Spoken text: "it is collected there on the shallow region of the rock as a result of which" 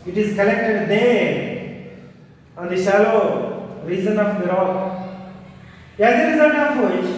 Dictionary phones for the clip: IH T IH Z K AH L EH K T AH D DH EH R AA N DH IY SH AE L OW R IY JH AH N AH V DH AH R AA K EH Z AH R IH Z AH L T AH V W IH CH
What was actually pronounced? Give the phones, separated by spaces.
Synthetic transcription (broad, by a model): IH T IH Z K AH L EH K T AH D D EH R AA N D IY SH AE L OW R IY Z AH N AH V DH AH R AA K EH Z AH R IH Z AH L T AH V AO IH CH